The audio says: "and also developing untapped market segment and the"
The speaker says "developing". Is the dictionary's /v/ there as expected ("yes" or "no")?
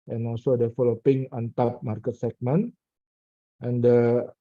no